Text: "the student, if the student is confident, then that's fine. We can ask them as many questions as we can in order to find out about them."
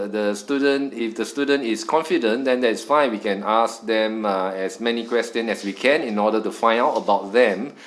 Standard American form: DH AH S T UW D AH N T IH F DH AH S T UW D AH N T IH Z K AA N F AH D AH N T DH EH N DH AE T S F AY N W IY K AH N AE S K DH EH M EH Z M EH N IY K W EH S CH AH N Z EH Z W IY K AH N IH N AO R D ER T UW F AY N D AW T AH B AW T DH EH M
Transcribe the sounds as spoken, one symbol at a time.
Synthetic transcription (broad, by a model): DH AH S T UW D AH N T IH F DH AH S T UW D AH N T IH S K AA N F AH D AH N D EH N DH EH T S F AY N W IY K AH N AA S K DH EH M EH S M EH N IY K W EH S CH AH N EH S W IY K AH N IH N AO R D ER T UW F AY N AW T AH B AW T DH EH M